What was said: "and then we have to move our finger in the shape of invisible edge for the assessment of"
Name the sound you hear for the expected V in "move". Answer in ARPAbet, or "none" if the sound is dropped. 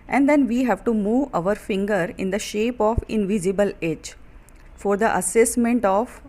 V